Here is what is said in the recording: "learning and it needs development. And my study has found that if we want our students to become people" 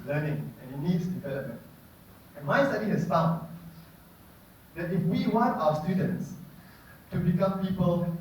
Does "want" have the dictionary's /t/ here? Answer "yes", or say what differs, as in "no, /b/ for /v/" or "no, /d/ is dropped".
yes